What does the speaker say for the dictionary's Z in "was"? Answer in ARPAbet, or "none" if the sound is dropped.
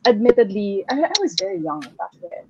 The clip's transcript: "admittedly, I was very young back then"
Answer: Z